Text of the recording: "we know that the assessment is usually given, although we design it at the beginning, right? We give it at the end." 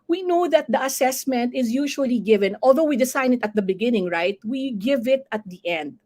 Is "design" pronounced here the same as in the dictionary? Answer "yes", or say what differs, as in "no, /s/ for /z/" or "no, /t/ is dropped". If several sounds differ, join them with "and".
no, /s/ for /z/